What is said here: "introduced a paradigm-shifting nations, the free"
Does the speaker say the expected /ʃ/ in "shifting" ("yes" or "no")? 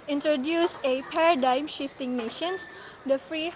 yes